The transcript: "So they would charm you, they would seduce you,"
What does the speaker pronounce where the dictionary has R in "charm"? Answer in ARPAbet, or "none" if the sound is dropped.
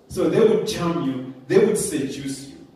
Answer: L